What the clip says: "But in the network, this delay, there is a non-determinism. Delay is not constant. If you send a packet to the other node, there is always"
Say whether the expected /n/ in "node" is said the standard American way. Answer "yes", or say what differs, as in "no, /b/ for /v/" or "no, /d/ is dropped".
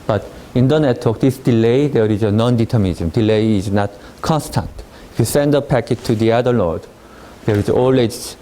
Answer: no, /l/ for /n/